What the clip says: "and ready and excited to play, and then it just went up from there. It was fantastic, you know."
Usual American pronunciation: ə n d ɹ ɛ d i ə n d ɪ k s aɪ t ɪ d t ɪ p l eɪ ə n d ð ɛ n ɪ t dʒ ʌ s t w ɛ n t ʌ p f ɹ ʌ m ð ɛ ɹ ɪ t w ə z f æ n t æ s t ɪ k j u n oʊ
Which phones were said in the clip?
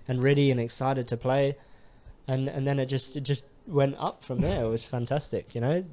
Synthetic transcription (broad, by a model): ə n ɹ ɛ d i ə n ɪ k s aɪ t ɪ d t ɪ p l eɪ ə n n ð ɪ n ɪ t dʒ ʌ s t w ɛ n t ʌ p f ɹ ʌ m ð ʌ ɹ ɪ t w ə z f æ n t æ s t ɪ k j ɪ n oʊ